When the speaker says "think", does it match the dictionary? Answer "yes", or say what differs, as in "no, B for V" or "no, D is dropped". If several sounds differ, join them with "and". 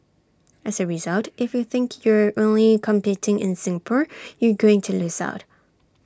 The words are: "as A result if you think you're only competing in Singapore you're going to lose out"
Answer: yes